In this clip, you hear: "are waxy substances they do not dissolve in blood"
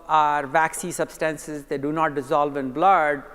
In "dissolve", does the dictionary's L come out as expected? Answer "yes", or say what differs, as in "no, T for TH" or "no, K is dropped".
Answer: yes